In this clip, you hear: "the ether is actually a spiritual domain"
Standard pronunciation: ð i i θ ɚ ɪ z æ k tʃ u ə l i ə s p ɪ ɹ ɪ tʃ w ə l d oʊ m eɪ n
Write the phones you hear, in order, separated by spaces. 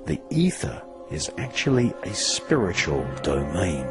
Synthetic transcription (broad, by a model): ð i i θ ɚ ɪ z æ k tʃ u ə l i ə s p ɪ ɹ ɪ tʃ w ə l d oʊ m eɪ n